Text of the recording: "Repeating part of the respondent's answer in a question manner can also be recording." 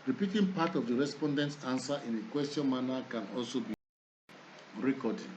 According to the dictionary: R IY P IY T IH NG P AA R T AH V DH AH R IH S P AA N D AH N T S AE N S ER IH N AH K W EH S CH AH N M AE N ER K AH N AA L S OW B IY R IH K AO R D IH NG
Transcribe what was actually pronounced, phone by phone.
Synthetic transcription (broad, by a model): R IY P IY T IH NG P AA T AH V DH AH R IH S P AA N D AH N T S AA N S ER IH N AH K W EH S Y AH N M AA N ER K AH N AA L S OW B IY R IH K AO D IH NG